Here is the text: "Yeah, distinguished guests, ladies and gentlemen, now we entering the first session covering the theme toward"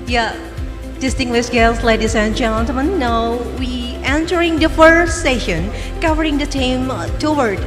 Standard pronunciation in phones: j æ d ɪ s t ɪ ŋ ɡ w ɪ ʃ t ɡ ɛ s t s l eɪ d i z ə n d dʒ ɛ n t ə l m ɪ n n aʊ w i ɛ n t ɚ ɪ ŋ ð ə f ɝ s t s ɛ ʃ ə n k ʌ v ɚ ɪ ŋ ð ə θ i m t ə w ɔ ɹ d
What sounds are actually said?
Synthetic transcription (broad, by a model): j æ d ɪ s t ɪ ŋ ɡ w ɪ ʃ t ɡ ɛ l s l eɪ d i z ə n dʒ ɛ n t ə m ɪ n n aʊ w i ɛ n t ɚ ɪ ŋ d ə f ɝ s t s ɛ ʃ ə n k ʌ v ɚ ɪ ŋ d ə t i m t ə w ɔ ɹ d